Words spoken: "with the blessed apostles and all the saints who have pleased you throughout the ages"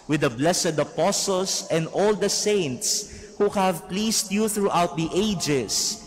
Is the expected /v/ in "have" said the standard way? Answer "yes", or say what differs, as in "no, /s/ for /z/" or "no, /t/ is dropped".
yes